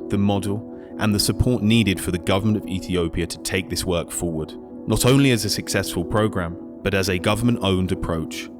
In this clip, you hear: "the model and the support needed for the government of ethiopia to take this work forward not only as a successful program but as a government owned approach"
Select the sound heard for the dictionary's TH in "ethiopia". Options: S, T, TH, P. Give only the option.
TH